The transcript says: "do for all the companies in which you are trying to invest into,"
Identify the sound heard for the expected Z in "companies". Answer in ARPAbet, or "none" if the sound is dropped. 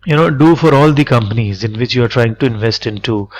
Z